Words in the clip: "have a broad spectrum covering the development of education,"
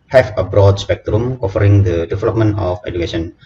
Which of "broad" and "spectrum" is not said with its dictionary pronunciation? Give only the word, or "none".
none